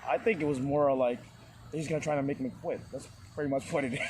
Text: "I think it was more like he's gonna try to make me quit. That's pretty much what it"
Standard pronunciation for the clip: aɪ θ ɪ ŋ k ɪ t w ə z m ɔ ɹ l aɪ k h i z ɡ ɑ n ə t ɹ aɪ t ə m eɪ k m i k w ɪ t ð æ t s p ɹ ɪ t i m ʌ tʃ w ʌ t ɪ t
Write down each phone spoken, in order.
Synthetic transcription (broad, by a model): aɪ θ ɪ ŋ k ɪ t w ə z m ɔ ɹ l aɪ k h i z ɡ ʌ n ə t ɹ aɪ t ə m eɪ k m i k w ɪ t ð æ t s p ɹ ɪ t i m ʌ tʃ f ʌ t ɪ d